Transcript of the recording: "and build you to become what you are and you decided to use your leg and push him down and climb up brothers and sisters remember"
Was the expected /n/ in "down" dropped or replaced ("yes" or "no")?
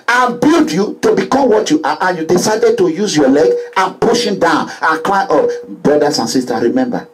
no